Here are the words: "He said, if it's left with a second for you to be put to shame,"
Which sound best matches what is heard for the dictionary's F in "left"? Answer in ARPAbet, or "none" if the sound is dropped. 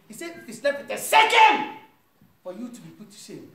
P